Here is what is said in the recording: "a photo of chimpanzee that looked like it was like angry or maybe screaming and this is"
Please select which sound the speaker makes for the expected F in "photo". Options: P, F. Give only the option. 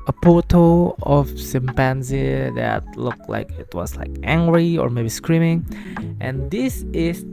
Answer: P